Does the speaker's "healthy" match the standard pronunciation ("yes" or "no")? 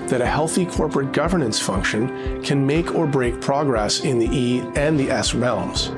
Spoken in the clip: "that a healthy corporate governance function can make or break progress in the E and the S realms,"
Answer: yes